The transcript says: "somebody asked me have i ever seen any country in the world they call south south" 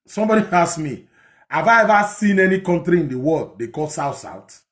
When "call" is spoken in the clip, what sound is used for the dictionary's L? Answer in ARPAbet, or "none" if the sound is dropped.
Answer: L